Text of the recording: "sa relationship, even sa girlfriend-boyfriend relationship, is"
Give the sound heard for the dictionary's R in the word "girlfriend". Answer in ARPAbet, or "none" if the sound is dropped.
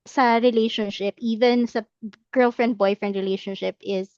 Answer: R